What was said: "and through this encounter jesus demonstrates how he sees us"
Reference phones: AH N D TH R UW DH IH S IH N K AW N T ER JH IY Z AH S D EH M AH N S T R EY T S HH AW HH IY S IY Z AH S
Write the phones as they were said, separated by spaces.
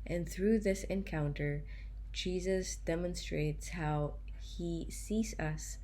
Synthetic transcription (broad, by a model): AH N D TH R UW DH IH S IH N K AW N T ER JH IY Z AH S D EH M AH N S T R EY T S HH AW HH IY S IY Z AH S